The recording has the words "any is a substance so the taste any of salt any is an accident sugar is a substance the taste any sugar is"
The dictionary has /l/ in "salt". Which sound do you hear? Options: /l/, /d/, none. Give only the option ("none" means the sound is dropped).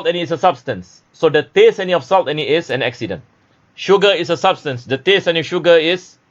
/l/